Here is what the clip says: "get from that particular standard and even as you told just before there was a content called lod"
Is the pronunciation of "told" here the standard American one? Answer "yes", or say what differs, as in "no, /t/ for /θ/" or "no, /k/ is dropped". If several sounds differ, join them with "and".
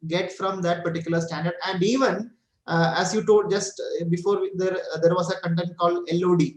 no, /l/ is dropped